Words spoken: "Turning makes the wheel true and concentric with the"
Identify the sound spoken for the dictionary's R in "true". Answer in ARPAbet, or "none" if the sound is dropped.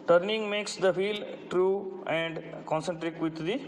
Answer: R